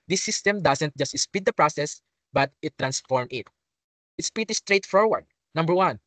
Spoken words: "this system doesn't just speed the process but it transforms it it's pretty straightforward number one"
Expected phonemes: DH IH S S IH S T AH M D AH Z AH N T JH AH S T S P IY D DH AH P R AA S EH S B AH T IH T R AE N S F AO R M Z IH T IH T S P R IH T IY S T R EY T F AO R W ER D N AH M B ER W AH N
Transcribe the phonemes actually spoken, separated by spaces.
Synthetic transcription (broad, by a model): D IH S S IH S T AH M D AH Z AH N T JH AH S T S P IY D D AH P R AA S EH S B AH T IH T R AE N S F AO R M IH T IH T S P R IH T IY S T R EY T F AO R W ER D N AH M B ER W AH N